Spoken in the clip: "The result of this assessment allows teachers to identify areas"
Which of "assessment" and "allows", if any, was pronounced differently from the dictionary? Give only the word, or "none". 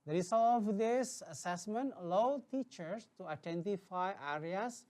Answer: allows